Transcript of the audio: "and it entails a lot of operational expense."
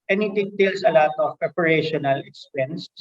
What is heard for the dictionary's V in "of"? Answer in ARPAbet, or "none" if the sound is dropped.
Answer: P